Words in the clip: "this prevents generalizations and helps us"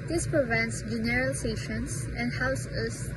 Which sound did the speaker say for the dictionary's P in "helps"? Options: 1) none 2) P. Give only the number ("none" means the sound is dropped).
1